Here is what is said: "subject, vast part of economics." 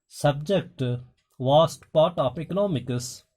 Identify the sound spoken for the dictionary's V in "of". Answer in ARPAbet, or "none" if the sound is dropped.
P